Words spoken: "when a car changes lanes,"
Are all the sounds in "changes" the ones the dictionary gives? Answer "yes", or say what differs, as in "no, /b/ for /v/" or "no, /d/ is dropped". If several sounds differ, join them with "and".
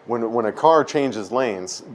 yes